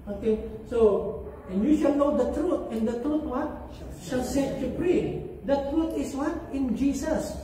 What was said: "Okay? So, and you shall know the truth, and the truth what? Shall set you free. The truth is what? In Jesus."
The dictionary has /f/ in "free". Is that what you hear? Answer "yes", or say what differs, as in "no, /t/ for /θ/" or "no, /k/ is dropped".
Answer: no, /p/ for /f/